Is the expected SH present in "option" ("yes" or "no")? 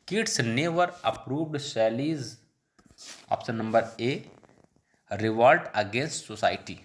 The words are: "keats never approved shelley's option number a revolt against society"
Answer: no